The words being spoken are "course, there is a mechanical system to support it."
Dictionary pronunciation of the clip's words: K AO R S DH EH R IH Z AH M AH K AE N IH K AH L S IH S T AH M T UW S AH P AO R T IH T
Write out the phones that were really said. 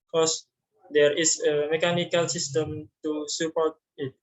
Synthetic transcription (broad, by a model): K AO S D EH R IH S AH M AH K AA N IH K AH L S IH S T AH M T UW S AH P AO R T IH T